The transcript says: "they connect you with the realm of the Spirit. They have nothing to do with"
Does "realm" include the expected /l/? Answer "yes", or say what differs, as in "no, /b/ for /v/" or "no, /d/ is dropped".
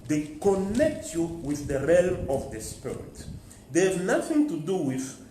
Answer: yes